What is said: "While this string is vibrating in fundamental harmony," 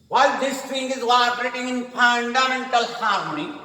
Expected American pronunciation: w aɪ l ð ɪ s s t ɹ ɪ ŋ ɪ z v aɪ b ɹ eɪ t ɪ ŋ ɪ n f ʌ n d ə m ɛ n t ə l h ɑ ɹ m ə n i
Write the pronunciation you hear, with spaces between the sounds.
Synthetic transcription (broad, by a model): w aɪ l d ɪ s s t ɪ ŋ ɪ z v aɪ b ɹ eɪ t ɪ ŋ ɪ n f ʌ n d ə m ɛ n t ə l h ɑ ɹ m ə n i